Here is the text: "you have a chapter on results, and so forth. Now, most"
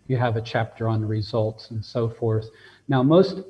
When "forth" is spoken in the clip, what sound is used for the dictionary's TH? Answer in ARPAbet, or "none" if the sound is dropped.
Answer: TH